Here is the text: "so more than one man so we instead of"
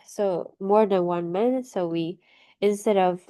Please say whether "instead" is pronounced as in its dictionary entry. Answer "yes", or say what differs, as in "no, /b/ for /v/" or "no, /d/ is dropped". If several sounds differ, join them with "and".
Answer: yes